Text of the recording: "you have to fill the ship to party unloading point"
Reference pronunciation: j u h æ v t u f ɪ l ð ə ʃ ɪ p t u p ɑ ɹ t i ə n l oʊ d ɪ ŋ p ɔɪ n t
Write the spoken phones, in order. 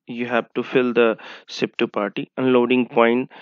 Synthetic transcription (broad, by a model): j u h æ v t u f ɪ l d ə s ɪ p t u p ɑ ɹ t i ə n l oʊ d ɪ ŋ p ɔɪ n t